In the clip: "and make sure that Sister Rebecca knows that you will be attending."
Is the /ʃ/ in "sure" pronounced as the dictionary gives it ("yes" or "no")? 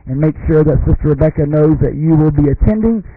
yes